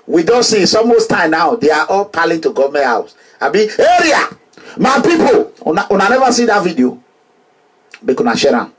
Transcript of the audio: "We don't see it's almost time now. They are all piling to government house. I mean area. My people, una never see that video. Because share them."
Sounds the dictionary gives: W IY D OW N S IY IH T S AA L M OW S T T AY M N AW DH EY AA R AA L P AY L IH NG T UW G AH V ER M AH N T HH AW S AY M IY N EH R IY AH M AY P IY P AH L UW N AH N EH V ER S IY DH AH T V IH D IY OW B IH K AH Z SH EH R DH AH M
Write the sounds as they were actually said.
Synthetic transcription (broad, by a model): W IY D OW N S IY S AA M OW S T T AY M N AW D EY AA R AA L P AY L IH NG T UW G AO V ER M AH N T HH AW S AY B IY EH R IY AH M AY P IY P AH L UW N AH N EH V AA S IY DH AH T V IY D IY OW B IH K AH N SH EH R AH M